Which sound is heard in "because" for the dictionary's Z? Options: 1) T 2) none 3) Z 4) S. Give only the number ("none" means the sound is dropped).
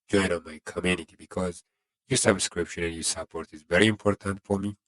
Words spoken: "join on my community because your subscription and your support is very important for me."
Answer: 3